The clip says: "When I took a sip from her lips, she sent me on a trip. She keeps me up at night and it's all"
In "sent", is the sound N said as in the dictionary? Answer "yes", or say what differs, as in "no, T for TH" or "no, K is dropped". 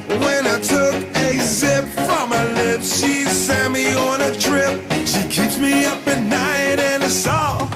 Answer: no, N is dropped